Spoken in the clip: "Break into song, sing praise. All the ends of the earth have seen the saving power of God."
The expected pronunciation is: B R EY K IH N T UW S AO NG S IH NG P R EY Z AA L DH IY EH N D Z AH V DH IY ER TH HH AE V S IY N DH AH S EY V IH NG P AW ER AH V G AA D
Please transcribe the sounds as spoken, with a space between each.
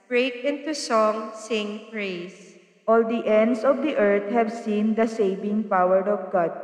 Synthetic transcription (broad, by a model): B R EY K IH N T UW S AO NG S IH NG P R EY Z AA L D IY EH N D S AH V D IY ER T HH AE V S IY N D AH S EY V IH NG P AW ER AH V G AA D